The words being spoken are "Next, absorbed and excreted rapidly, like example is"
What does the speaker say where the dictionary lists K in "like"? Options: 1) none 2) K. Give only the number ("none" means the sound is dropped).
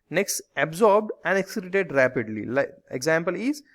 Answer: 1